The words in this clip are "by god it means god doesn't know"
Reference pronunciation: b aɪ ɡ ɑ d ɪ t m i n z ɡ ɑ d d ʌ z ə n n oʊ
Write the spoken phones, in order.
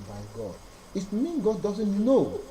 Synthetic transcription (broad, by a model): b aɪ ɡ ɑ d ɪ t m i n ɡ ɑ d d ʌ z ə n n oʊ